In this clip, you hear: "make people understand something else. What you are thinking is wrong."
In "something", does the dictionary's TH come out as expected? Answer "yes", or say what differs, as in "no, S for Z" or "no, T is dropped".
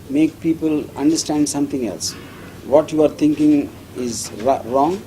no, T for TH